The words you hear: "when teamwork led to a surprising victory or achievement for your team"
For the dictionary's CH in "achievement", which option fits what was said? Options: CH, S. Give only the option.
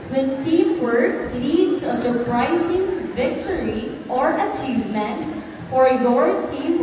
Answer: CH